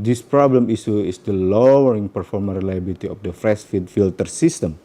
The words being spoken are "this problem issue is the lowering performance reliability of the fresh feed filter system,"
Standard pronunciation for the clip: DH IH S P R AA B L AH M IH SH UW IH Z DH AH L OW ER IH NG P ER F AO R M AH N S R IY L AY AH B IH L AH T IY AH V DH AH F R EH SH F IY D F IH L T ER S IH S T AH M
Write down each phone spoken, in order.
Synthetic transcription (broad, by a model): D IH S P R AA B L AH M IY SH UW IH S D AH L OW ER IH NG P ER F AO R M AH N R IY L AY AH B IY L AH T IY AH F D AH F R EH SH F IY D F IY L T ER S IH S T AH M